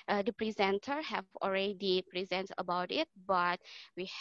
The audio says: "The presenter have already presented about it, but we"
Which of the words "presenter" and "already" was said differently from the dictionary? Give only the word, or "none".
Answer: none